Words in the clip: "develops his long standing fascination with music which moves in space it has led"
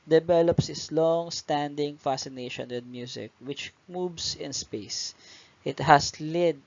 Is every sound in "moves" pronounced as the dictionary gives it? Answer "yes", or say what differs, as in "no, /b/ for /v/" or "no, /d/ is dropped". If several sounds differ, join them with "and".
no, /s/ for /z/